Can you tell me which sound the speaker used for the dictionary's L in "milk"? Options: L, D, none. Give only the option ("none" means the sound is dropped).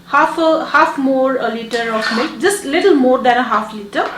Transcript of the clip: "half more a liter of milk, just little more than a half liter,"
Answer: none